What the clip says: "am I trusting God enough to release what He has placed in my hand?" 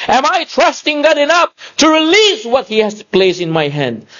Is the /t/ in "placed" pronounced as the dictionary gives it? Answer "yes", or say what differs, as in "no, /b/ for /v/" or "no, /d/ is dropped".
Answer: no, /t/ is dropped